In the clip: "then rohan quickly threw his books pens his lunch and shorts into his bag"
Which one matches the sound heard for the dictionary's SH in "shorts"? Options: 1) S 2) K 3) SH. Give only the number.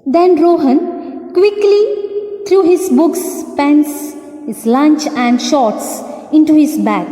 3